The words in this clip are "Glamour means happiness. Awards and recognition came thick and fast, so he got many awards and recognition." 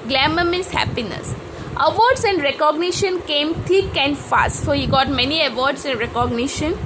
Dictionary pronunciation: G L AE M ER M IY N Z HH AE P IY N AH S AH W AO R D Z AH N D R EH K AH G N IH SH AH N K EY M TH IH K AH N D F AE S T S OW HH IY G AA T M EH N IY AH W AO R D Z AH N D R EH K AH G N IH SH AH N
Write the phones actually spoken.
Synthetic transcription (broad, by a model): G L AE M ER M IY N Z HH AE P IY N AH S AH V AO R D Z AH N D R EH K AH G N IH SH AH N K EY M T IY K AH N D F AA S T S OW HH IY G AA T M EH N IY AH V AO R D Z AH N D R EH K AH G N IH SH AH N